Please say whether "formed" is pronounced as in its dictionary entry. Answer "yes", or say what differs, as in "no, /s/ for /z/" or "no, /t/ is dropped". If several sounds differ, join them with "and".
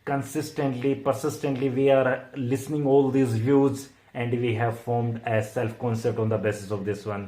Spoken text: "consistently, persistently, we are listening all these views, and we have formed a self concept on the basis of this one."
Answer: yes